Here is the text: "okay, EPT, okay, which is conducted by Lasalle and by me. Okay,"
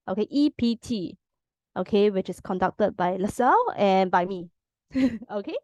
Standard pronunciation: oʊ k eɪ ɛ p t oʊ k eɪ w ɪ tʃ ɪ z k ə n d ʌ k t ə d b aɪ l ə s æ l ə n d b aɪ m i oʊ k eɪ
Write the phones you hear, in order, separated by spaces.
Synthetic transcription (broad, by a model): oʊ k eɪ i p t oʊ k eɪ w ɪ tʃ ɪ s k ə n d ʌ k t ə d b aɪ l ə s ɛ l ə n b aɪ m i oʊ k eɪ